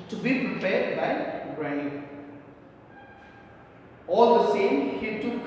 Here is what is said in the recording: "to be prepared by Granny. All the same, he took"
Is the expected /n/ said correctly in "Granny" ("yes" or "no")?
no